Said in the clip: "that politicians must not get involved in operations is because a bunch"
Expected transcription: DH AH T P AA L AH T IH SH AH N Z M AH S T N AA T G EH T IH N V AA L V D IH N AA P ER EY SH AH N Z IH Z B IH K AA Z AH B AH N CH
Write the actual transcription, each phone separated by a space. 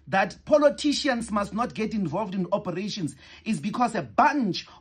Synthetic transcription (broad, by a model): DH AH T P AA L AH T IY SH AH N S M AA S T N AA T G EH T IH N V AA L V D IH N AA P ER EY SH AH N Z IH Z B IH K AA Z AH B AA N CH